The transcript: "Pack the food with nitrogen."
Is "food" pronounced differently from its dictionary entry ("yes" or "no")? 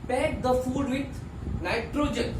no